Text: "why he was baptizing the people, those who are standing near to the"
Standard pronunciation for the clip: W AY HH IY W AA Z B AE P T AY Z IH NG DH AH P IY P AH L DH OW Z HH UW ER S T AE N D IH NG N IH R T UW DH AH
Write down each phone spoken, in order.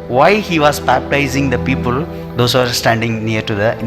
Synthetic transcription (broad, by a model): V AY HH IY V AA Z B AE P T AY Z IH NG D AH P IY P AH L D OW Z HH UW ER S T AE N D IH NG N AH R T UW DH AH